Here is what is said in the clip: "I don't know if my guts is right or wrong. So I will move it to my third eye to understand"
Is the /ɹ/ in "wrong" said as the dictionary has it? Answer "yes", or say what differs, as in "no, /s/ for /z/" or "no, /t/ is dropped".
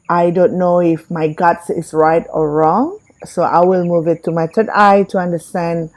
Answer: yes